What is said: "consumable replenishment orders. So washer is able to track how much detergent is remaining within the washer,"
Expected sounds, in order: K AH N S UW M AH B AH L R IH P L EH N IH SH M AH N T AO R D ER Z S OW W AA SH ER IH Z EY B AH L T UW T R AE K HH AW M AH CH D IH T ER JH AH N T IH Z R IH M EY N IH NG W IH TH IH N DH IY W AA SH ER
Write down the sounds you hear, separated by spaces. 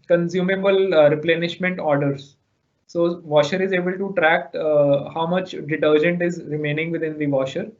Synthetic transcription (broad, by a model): K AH N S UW M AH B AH L R IH P L EH N IH SH M AH N T AO R D ER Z S OW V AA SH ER IH Z EY B AH L T UW T R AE K HH AW M AH CH D IH T ER JH AH N T IH Z R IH M EY N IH NG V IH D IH N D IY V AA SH ER